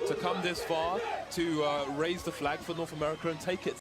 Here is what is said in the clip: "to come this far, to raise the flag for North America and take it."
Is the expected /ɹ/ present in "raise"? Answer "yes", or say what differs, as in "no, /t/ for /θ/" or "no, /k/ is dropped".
yes